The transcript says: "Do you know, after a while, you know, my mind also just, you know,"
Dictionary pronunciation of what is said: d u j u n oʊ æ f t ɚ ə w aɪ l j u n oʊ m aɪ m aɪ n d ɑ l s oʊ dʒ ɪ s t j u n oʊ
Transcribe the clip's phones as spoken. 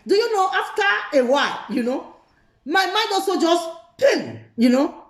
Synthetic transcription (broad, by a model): d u j u n oʊ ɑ f t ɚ ə w aɪ l j u n oʊ m aɪ m aɪ n d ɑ s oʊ dʒ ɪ s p j u n oʊ